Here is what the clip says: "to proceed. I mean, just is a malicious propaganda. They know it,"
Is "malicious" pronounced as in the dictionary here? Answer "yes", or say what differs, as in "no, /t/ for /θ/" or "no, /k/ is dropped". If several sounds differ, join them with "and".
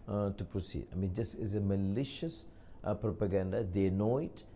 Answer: yes